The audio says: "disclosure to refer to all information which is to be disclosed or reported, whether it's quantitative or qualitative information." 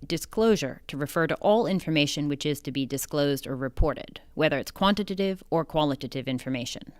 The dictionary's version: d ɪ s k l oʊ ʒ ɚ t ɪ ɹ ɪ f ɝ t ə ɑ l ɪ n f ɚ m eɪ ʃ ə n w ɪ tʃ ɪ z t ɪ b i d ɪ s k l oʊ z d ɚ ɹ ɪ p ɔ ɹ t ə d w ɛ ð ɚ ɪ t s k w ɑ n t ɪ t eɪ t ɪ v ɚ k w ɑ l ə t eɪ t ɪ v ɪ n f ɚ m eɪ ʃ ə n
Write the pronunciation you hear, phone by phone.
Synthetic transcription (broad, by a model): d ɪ s k l oʊ ʒ ɚ t ɪ ɹ ɪ f ɝ t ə ɑ l ɪ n f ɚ m eɪ ʃ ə n w ɪ tʃ ɪ z t ɪ b i d ɪ s k l oʊ z d ɚ ɹ ɪ p ɔ ɹ t ə d w ɛ ð ɚ ɪ t s k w ɑ n t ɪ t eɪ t ɪ v ɚ k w ɑ l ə t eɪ t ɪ v ɪ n f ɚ m eɪ ʃ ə n